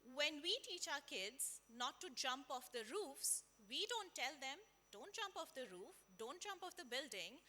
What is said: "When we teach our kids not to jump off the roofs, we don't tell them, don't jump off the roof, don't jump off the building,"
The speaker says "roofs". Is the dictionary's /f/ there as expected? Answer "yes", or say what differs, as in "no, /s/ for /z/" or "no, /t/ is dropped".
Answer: yes